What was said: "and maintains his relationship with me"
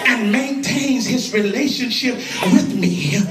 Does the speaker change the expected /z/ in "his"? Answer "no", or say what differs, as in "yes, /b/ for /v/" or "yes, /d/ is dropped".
no